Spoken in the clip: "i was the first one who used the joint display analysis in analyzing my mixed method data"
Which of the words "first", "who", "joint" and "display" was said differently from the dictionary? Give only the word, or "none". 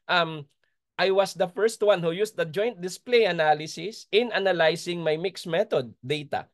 none